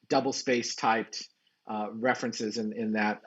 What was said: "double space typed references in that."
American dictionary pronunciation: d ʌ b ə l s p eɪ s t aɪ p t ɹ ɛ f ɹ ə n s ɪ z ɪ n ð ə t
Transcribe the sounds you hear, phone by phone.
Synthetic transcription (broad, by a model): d ʌ b l s p eɪ s t aɪ p t ɹ ɛ f ɹ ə n s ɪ z ɪ n ð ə t